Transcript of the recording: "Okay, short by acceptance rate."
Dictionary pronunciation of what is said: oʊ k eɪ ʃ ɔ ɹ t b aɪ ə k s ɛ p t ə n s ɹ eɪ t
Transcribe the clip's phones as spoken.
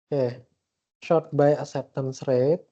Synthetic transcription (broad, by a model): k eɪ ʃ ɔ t b aɪ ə s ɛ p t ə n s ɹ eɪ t